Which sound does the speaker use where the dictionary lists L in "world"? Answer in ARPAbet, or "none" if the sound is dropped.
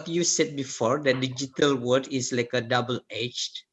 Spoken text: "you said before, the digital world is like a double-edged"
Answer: none